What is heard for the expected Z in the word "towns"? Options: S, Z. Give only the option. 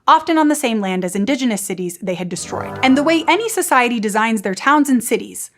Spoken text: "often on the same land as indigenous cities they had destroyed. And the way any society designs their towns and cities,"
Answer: Z